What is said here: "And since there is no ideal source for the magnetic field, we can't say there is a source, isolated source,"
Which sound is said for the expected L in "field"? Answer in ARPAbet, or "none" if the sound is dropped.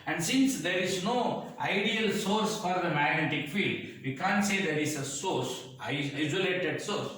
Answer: L